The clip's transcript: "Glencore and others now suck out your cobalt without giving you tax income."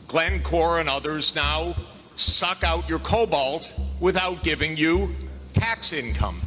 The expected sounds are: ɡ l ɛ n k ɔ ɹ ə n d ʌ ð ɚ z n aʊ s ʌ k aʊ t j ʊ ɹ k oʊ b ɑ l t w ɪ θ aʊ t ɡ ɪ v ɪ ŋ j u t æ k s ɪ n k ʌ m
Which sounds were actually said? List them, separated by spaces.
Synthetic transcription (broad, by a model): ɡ l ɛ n k ɔ ɹ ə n ʌ ð ɚ z n aʊ s ʌ k aʊ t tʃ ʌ ɹ k oʊ b ɑ l t w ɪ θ aʊ t ɡ ɪ v ɪ ŋ j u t æ k s ɪ n k ʌ m